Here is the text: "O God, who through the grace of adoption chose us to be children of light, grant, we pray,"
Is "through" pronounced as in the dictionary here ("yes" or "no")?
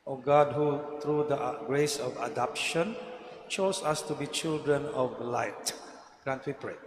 no